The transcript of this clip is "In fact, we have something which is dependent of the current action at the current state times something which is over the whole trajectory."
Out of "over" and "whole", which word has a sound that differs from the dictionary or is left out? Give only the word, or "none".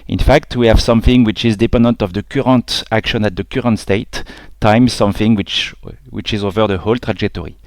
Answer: none